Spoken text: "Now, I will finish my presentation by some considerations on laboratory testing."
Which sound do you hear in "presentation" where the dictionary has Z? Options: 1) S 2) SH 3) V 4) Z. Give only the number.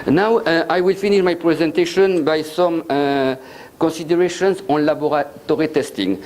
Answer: 4